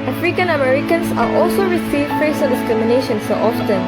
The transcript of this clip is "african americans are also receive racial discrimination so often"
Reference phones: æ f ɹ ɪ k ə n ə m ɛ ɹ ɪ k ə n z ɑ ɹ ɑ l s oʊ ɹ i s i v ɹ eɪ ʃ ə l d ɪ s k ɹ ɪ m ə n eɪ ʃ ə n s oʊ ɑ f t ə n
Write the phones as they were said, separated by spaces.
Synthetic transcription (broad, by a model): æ f ɹ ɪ k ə n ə m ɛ ɹ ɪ k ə n s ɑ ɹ ɑ l s oʊ ɹ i s i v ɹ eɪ s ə n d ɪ s k ɹ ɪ m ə n eɪ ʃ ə n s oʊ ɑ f t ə n